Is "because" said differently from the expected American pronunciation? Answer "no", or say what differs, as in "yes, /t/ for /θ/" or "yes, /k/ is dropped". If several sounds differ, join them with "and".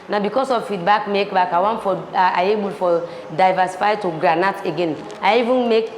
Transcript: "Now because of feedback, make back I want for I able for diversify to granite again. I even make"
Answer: yes, /s/ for /z/